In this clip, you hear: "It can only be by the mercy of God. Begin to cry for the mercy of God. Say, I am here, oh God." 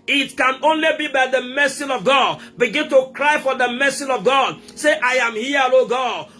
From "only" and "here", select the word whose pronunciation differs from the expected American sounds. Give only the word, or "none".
here